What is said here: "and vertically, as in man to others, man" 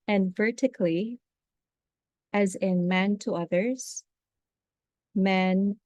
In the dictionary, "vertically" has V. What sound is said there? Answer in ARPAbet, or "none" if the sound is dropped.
V